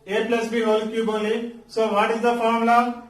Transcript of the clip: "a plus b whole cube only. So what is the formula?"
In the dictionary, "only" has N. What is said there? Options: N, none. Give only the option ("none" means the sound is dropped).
none